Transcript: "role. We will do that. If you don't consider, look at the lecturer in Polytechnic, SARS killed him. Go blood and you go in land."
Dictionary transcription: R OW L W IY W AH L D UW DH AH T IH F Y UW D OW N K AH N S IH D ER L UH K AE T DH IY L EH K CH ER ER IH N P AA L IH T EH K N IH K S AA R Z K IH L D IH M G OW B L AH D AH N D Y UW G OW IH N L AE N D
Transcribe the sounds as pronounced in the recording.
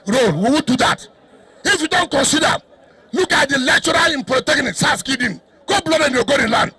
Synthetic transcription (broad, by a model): R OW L W IY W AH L D UW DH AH T IH F Y UW D OW N K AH N S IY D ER L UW K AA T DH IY L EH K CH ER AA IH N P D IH T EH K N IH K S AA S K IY D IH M G OW B L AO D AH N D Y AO G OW IH N L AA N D